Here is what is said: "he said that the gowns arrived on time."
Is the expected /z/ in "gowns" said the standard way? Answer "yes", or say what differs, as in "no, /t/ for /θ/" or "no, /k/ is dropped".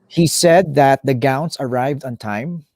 no, /s/ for /z/